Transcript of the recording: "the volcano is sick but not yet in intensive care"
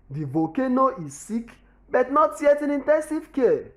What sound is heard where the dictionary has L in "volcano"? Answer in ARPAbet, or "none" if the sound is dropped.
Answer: none